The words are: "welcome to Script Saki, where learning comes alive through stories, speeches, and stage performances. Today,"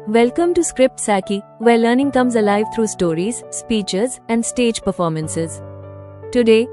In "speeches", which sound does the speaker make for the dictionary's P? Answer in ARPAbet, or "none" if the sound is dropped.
P